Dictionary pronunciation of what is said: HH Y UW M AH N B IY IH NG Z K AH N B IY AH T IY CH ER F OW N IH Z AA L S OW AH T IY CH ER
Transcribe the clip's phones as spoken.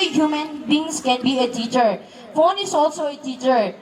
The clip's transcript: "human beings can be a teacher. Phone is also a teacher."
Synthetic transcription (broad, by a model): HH Y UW M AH N B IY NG S K AH N B IY AH T IY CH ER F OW N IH S AA L S OW AH T IY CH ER